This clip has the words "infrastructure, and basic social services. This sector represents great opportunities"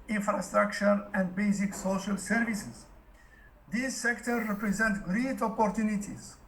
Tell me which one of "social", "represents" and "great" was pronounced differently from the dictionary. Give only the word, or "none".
represents